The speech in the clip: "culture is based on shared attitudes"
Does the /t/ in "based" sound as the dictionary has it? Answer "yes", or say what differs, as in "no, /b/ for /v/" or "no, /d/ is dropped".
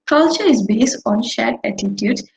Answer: yes